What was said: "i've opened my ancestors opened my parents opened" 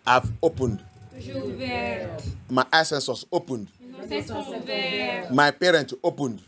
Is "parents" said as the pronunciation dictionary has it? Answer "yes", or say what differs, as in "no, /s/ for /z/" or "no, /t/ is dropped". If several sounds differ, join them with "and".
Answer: no, /s/ is dropped